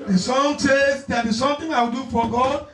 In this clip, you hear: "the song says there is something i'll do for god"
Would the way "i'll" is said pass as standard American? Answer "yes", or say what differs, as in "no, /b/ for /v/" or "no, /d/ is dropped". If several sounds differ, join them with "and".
no, /w/ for /l/